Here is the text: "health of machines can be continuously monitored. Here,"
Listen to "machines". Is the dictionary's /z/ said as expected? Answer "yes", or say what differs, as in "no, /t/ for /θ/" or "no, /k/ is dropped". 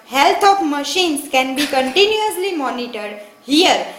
no, /s/ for /z/